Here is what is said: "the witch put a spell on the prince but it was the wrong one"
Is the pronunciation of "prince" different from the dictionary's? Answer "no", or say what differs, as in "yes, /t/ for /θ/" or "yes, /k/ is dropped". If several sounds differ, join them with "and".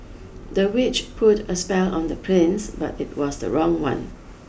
yes, /l/ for /ɹ/